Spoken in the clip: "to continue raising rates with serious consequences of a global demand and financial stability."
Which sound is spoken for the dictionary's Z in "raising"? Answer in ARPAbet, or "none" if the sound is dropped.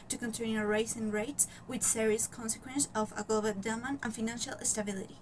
S